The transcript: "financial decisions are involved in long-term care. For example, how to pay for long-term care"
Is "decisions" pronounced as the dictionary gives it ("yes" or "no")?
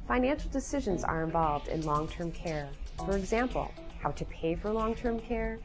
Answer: yes